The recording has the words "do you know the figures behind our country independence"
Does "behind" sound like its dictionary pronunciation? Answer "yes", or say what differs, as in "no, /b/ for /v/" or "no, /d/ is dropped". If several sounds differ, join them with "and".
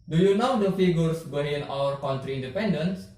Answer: no, /d/ is dropped